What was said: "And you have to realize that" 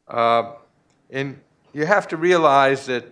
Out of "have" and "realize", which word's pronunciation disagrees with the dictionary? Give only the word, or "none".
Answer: have